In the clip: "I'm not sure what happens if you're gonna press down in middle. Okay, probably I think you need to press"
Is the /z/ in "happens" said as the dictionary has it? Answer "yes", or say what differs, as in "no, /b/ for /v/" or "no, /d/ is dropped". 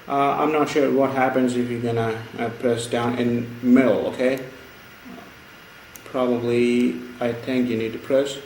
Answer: yes